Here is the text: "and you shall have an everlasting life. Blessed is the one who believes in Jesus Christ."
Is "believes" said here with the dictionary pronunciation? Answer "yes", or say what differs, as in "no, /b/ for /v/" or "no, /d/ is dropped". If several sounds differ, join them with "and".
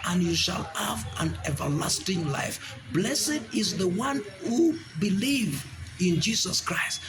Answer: no, /z/ is dropped